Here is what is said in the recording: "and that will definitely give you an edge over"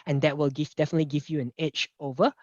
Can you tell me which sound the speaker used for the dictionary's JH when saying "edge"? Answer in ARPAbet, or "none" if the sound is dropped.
CH